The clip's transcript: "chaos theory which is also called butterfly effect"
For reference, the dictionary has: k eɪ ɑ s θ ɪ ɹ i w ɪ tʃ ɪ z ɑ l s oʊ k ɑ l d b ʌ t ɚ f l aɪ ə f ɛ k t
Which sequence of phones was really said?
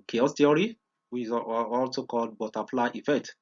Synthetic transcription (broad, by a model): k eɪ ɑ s t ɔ ɹ i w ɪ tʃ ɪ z ɑ l s oʊ k ɑ l d b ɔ t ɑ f l aɪ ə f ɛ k t